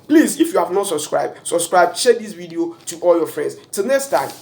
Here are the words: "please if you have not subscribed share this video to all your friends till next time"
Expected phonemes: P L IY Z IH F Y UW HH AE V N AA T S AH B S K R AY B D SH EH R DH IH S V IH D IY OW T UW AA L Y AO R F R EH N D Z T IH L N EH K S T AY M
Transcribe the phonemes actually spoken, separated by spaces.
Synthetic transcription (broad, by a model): P L IY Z IH F Y UW HH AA V N AA T S AH B S K R AY B D S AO R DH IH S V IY D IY OW T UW AA L Y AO F R EH N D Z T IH L N EH K S T AY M